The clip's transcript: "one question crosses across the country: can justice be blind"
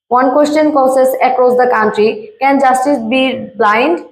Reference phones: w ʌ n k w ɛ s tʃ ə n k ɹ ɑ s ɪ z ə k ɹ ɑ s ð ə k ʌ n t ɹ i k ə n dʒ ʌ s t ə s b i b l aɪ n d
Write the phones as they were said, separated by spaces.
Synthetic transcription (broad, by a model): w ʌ n k w ɛ s tʃ ə n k ɹ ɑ s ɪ s ə k ɹ ɑ s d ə k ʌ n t ɹ i k ə n dʒ ʌ s t ə s b i b l aɪ n d